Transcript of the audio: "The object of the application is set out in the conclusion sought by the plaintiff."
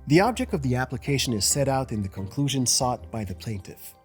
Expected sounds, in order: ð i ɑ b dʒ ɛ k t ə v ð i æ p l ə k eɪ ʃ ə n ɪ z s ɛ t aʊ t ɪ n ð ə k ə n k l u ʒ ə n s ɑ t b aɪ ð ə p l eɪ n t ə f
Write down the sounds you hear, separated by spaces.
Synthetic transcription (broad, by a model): ð i ɑ b dʒ ɛ k t ə v ð i æ p l ə k eɪ ʃ ə n ɪ z s ɛ t aʊ t ɪ n ð ə k ə n k l u ʒ ə n s ɑ t b aɪ ð ə p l eɪ n t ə f